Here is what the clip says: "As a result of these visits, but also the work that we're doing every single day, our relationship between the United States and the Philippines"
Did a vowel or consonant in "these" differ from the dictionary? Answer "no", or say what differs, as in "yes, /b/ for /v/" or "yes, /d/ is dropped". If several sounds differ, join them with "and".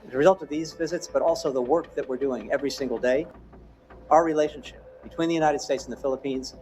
no